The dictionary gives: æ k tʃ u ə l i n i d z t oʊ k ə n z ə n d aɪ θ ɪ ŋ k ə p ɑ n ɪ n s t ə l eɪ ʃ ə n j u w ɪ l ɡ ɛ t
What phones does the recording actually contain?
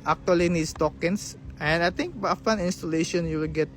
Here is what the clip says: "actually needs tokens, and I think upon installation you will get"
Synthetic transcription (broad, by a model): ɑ k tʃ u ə l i n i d s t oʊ k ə n s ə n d aɪ t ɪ ŋ k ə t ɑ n ɪ n s t ə l eɪ ʃ ə n j u w ɪ l ɡ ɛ t